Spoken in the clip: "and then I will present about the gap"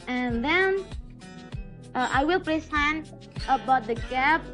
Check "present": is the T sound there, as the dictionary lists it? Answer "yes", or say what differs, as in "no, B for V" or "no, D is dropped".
no, T is dropped